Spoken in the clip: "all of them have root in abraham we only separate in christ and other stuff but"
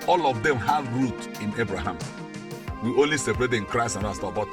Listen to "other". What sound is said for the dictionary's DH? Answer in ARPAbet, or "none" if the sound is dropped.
none